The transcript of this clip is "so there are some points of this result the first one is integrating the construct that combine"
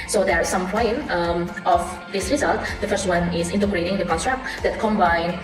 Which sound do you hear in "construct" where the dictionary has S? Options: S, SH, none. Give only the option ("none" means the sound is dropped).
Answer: none